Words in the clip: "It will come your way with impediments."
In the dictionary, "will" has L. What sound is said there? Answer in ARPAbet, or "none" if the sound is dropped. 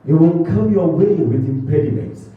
N